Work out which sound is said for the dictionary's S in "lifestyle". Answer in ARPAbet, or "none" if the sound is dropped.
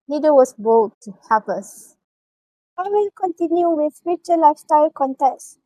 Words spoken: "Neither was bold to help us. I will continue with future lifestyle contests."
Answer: S